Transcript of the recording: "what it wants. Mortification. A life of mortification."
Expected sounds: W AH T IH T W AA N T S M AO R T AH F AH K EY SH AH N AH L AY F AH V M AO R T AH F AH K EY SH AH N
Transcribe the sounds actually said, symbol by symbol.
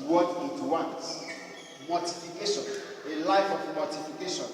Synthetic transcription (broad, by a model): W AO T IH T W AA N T M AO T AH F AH K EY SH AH N AH L AY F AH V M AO T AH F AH K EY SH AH N